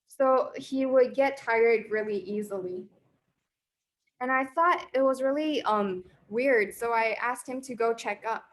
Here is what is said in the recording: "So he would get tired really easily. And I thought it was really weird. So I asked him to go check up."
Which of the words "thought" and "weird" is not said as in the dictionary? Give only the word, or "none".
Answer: none